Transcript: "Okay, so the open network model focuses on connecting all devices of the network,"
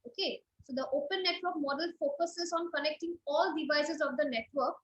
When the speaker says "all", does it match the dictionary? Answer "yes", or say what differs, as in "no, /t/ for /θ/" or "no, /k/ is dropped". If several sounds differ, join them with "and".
yes